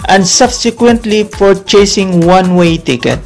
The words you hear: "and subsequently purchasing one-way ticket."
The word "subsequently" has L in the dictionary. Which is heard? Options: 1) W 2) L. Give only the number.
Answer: 2